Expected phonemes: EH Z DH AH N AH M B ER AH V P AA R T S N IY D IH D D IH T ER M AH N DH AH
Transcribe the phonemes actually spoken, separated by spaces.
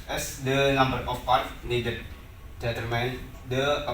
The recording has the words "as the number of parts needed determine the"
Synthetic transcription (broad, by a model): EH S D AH N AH M B ER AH F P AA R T N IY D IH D D IH T ER M AH N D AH